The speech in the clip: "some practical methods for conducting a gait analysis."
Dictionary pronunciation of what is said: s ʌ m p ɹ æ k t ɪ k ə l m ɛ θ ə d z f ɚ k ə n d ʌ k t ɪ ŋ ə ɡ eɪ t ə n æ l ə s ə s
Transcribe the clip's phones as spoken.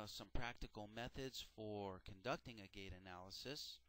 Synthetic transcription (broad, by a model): s ʌ m p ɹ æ k t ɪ k l m ɛ θ ə d z f ɚ k ə n d ʌ k t ɪ ŋ ə ɡ eɪ t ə n æ l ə s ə s